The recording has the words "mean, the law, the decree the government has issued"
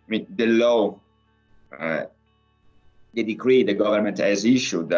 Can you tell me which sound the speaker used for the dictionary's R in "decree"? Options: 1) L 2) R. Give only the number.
2